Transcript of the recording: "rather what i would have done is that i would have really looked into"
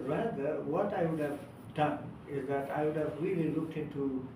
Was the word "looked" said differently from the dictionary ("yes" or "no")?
no